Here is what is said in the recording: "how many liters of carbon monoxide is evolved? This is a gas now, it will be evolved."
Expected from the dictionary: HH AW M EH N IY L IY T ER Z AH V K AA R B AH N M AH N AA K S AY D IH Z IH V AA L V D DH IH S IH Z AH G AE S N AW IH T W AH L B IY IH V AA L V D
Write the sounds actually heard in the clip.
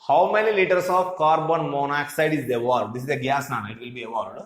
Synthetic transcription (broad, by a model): HH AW M EH N IY L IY T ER S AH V K AA R B AH N M AH N AA K S AY D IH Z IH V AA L D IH S IH Z AH G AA S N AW IH T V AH L B IY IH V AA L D